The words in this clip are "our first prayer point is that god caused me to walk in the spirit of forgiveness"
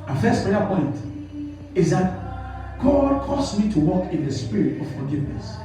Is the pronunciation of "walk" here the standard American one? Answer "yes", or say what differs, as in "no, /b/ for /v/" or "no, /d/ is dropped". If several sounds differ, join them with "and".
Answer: yes